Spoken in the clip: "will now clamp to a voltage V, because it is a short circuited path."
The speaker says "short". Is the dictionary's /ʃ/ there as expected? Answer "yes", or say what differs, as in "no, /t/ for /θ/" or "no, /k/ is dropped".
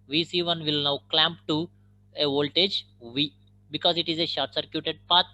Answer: yes